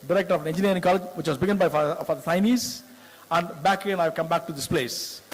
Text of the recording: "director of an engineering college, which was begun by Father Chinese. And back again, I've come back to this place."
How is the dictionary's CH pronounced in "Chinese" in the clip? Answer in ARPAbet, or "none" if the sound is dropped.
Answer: S